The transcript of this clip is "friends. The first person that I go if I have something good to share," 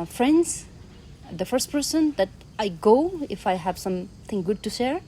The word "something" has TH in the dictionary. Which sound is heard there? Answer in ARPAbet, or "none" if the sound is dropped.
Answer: T